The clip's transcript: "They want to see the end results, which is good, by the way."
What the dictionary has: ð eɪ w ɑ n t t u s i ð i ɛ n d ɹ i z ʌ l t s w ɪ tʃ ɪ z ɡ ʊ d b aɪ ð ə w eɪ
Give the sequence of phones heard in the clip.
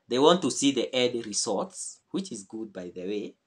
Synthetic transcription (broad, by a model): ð eɪ w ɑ n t t u s i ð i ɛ d ɹ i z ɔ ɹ t s w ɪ tʃ ɪ z ɡ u d b aɪ ð ə w eɪ